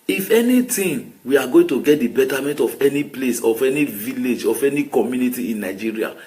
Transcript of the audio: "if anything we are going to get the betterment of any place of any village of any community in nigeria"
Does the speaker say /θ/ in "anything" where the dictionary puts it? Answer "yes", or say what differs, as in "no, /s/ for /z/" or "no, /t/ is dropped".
no, /t/ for /θ/